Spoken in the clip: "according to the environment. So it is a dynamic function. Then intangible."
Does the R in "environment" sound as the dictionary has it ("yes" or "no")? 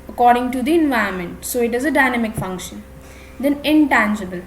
no